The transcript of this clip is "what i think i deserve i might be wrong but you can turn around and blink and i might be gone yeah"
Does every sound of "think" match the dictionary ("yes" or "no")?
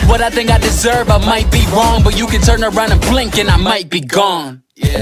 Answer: yes